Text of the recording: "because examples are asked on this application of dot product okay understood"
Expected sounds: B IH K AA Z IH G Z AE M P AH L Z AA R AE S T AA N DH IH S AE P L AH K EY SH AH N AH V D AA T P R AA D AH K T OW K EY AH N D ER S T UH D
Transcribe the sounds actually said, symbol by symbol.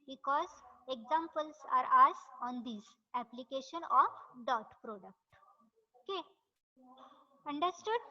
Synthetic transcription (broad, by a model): B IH K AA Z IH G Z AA M P AH L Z AA R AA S AA N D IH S AE P L AH K EY SH AH N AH F D AA T P R AA D AH K T OW K EY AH N D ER S T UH D